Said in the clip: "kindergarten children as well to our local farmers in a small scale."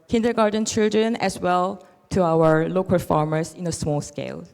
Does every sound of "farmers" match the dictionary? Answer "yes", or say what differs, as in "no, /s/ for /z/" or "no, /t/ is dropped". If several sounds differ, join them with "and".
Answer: no, /s/ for /z/